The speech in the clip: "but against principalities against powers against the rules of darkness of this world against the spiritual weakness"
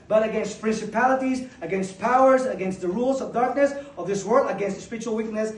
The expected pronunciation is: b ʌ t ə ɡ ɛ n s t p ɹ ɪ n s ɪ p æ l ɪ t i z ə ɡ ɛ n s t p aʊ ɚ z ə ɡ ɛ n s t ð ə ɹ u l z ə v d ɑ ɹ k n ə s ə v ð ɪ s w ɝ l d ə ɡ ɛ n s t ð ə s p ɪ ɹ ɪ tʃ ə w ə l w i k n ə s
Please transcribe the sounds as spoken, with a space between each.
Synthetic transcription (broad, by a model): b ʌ t ə ɡ ɛ n s t p ɹ ɪ n s ɪ p æ l ɪ t i z ə ɡ ɛ n s t p aʊ ɚ z ə ɡ ɛ n s t ð ə ɹ u l z ə v d ɑ ɹ k n ə s ə v ð ɪ s w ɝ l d ə ɡ ɛ n s t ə s p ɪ ɹ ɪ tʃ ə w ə l w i k n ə s